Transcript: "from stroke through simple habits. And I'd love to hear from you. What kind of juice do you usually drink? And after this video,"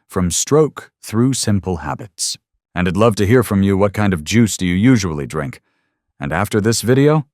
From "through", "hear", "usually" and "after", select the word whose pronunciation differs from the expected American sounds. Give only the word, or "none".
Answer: none